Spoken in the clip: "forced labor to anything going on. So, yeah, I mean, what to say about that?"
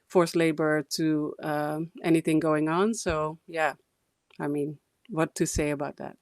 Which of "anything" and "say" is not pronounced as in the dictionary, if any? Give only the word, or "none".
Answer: none